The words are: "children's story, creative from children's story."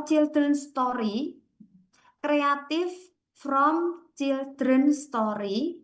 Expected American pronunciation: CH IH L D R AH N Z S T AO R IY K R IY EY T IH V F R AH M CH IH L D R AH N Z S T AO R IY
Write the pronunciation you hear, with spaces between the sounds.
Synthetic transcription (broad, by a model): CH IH L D R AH N S T AO R IY K R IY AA T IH F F R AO M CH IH L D R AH N S T AO R IY